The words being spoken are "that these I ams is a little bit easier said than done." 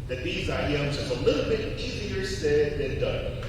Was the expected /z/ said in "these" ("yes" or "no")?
yes